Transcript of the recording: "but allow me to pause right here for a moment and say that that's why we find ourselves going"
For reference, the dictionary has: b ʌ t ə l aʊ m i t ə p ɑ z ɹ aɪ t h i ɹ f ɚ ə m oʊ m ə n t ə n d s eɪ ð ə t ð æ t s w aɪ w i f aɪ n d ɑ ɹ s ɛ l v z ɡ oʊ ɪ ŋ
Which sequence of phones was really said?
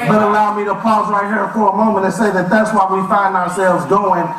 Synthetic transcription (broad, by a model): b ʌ t ə l aʊ m i t ə p ɑ z ɹ aɪ t h i ɹ f ɚ ə m oʊ m ə n t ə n s eɪ ð ə t ð æ t s w aɪ w i f aɪ n d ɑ ɹ s ɛ l v z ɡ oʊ ɪ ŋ